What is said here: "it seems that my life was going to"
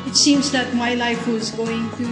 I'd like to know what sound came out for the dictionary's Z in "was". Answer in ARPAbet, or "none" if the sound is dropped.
Z